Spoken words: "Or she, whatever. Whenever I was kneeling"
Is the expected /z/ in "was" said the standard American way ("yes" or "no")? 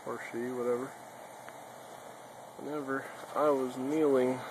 yes